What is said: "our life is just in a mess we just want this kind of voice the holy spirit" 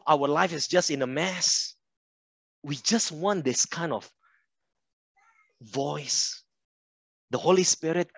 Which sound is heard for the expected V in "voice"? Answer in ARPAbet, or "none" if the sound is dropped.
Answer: V